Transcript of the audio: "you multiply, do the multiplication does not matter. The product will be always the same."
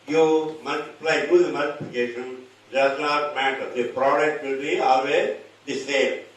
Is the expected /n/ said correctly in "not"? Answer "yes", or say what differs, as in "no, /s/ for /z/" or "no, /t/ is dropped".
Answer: no, /l/ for /n/